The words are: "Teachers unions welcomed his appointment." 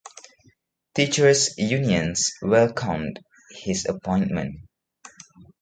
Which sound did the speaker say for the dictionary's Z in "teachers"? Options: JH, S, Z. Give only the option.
S